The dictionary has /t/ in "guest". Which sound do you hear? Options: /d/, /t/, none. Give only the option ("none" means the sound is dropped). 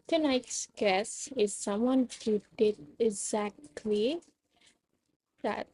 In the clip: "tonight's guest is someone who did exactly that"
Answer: none